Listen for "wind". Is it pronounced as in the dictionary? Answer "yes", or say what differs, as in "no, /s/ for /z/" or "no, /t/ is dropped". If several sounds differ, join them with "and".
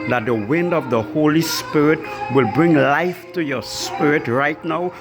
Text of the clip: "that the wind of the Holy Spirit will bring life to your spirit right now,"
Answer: yes